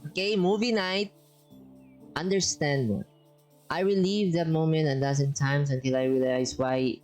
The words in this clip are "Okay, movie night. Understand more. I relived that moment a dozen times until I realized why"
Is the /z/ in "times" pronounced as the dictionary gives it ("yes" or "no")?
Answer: no